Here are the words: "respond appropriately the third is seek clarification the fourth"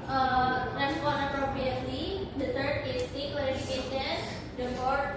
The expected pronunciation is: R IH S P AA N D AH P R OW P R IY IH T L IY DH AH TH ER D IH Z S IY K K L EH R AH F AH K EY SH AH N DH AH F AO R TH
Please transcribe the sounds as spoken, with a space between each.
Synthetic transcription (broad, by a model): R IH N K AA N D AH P R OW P R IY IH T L IY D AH T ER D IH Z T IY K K EH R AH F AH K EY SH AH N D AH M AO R